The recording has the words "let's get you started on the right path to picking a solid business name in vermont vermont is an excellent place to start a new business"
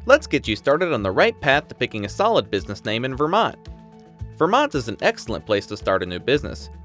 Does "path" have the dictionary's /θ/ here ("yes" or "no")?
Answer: yes